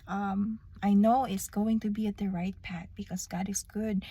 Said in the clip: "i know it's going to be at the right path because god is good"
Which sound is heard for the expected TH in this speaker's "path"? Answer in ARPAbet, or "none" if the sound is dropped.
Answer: T